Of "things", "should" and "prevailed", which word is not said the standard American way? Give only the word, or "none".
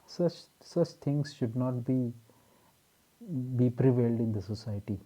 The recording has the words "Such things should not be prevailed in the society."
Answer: things